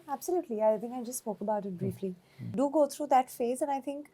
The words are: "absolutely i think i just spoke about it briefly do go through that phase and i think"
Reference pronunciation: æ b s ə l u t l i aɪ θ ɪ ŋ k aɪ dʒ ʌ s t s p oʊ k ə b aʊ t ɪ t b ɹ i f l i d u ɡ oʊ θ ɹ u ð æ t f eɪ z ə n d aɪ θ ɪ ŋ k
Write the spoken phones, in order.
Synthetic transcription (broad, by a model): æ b s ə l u t l i aɪ t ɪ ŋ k aɪ dʒ ʌ s t s p oʊ k ə b aʊ t ɪ t b ɹ i f l i d u ɡ oʊ t ɹ u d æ t f eɪ z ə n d aɪ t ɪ ŋ k